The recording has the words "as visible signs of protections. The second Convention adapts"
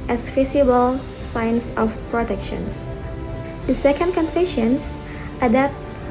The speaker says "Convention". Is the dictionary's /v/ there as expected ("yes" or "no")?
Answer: no